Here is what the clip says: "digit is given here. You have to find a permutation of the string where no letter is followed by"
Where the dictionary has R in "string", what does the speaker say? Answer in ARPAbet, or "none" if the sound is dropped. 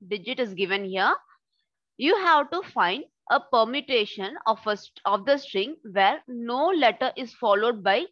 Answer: R